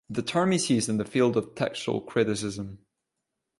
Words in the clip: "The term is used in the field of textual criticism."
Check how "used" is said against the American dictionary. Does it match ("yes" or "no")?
no